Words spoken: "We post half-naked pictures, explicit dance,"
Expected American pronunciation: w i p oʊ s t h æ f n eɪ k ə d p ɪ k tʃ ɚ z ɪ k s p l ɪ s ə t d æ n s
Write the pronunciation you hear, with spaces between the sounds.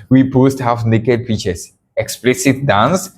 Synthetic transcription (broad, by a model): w i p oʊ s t h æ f n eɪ k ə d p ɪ tʃ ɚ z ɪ k s p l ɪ s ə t d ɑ n s